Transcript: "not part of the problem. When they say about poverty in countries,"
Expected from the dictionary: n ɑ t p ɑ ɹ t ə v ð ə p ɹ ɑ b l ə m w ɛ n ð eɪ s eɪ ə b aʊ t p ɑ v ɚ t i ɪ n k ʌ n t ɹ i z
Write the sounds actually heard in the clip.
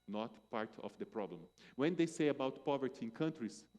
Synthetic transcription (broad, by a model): n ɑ t p ɑ ɹ t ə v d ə p ɹ ɑ b l ə m w ɛ n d eɪ s eɪ ə b aʊ t p ɑ v ɚ t i ɪ n k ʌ n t ɹ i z